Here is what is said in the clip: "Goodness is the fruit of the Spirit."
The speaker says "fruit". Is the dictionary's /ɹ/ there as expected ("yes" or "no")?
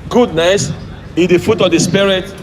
no